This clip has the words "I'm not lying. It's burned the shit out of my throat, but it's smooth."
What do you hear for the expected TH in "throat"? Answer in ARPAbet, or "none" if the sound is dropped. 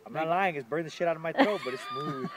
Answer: T